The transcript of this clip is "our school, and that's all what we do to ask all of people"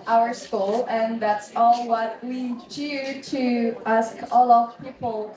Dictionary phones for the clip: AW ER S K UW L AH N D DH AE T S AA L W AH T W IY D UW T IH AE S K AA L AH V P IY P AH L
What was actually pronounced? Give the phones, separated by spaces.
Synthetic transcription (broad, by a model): AW ER S K UW L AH N DH AE T S AA L W AH T W IY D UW T IH AE S K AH L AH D P IY P L